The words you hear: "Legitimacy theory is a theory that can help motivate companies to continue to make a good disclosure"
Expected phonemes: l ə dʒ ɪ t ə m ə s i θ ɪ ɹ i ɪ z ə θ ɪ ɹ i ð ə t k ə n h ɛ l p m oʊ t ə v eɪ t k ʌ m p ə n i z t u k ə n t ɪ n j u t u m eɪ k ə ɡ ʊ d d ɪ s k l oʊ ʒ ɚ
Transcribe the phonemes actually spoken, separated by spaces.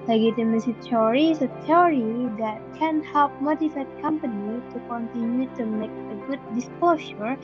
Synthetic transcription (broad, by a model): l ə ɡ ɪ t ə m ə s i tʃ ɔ ɹ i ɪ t ə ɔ ɹ i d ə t k ə n h ɛ l p m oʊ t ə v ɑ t k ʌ m p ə n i t u k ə n t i n j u t u m eɪ k ə ɡ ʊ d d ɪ s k l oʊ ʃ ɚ